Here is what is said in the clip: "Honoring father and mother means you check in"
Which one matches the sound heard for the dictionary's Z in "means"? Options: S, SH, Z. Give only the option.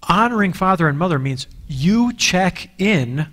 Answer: Z